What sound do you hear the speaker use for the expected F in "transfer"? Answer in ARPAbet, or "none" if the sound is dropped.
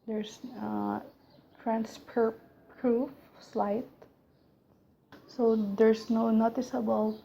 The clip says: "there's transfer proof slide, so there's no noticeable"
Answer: P